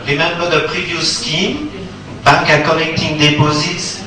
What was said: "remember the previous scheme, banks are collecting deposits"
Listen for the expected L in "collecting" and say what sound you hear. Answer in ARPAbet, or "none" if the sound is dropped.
N